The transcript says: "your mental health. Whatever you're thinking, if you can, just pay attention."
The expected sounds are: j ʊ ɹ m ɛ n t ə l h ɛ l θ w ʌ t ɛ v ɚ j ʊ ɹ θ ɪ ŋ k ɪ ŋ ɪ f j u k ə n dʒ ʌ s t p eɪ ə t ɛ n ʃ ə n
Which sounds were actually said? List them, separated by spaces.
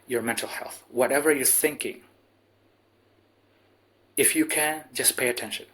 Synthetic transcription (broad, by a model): j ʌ ɹ m ɛ n t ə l h ɛ l θ w ʌ t ɛ v ɚ j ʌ ɹ θ ɪ ŋ k ɪ ŋ ɪ f j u k ə n dʒ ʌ s p eɪ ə t ɛ n ʃ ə n